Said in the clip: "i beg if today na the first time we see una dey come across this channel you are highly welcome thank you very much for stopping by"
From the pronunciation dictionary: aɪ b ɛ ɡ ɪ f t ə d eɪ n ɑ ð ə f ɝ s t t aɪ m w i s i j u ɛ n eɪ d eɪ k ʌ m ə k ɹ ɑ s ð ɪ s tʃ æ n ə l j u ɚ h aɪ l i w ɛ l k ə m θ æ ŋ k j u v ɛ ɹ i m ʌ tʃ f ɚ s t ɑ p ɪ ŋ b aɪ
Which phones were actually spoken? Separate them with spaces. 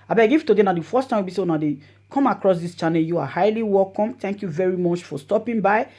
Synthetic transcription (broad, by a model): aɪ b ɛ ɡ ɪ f t ə d eɪ n ɑ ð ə f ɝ s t t aɪ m w i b i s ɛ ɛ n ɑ d eɪ k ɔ m ə k ɹ ɑ s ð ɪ s tʃ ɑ n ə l j u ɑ h aɪ l i w ɛ l k ə m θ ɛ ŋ k j u v ɛ ɹ i m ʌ tʃ f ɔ s t ɑ p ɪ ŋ b aɪ